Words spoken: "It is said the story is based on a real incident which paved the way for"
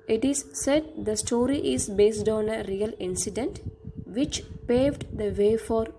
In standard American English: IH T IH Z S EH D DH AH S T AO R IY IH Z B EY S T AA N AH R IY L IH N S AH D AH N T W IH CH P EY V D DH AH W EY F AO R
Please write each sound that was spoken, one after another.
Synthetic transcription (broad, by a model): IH T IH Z S EH D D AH S T AO R IY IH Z B EY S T AA N AH R IY L IH N S AH D AH N T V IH CH P EY V D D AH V EY F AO R